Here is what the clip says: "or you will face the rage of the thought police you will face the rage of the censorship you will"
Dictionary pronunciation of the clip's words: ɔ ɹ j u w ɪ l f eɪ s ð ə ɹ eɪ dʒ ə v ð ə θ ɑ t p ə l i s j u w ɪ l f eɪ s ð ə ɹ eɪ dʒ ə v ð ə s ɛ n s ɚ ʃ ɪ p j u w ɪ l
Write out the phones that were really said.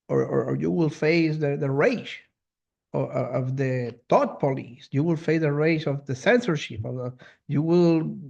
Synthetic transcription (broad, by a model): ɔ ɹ j u w ɪ l f eɪ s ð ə ɹ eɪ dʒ ə v ð ə t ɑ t p ə l i s j u w ɪ l f eɪ s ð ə ɹ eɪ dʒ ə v ð ə s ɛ n s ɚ ʃ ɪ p j u w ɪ l